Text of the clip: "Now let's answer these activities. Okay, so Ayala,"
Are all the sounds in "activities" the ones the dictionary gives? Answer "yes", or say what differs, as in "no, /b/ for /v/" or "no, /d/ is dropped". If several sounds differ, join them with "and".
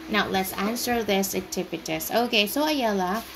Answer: no, /k/ is dropped and /p/ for /v/ and /s/ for /z/